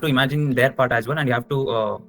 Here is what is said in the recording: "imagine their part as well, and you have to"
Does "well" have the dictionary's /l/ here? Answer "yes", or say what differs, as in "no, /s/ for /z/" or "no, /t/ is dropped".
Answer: no, /n/ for /l/